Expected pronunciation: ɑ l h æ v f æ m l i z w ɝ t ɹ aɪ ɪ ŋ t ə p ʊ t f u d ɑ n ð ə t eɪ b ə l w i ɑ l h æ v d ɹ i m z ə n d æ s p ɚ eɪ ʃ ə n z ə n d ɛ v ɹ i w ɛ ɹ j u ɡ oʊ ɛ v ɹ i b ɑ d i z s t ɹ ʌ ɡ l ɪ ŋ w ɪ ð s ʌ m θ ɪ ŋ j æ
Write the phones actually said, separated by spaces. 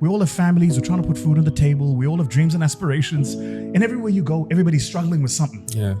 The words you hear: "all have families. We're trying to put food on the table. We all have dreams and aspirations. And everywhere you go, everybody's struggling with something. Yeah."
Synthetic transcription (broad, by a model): ɑ l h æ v f æ m l i z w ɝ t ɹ aɪ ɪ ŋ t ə p ʊ t f u d n ð ə t eɪ b ə l w i ɑ l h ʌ v d ɹ i m z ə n æ s p ɚ eɪ ʃ ə n z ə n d ɛ v ɹ i w ɛ ɹ j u ɡ oʊ ɛ v ɹ i b ɑ d i z s t ɹ ʌ ɡ l ɪ ŋ w ɪ ð s ʌ m θ ɪ ŋ j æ